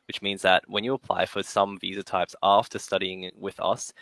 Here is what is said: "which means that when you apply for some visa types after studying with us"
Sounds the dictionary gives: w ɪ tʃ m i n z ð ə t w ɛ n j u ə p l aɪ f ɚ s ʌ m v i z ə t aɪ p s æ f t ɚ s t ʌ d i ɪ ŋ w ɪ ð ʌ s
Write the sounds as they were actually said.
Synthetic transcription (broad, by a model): w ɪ tʃ m i n z ð ə t w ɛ n j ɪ ə p l aɪ f ɚ s ʌ m v i z ə t aɪ p s æ f t ɚ s t ʌ d i ɪ ŋ w ɪ ð ʌ s